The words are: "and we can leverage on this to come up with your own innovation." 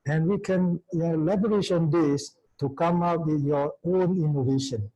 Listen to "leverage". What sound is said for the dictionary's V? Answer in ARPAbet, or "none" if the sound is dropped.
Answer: B